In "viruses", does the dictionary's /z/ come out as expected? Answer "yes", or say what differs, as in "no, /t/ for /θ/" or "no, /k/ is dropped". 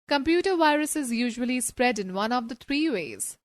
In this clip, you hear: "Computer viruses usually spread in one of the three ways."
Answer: yes